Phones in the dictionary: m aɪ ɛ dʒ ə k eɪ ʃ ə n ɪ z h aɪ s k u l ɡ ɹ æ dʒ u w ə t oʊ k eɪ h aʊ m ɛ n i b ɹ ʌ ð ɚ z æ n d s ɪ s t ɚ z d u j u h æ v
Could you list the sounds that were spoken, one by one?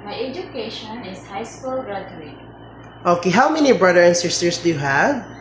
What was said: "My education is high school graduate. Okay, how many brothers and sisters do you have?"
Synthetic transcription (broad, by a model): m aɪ ɛ dʒ ə k eɪ ʃ ə n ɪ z h aɪ s k u l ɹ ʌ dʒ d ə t oʊ k eɪ h aʊ m ɛ n i b ɹ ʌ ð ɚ æ n s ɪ s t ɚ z d u j u h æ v